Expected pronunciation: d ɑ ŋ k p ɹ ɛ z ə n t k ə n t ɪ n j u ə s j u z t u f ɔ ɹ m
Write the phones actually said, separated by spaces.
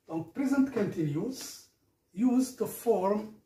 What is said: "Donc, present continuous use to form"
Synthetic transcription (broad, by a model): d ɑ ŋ p ɹ ɛ z ə n t k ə n t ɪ n j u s j u z t u f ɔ ɹ m